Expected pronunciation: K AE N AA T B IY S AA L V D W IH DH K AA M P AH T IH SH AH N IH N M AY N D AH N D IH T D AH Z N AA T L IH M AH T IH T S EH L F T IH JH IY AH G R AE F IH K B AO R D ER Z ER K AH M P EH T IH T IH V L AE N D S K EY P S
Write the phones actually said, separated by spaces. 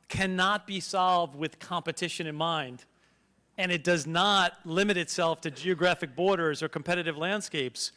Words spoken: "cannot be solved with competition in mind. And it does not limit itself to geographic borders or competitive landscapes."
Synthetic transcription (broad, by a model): K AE N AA T B IY S AA L V D W IH DH K AA M P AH T IH SH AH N IH N M AY N D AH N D IH T D AH Z N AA T L IH M AH T IH T S EH L F T IH JH IY AH G R AE F IH K B AO R D ER Z ER K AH M P EH T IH T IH V L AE N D S K EY P S